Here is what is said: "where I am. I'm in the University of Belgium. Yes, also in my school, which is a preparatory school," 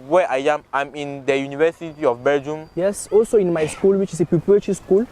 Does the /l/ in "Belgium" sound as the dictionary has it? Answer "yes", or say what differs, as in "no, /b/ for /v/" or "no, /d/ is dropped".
no, /l/ is dropped